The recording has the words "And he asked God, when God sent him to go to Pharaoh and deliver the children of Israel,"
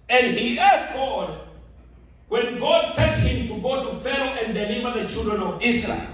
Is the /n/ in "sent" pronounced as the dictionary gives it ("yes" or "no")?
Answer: no